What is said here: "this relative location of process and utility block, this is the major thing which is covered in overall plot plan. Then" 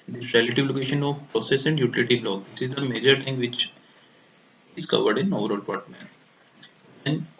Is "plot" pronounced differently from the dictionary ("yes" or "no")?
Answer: yes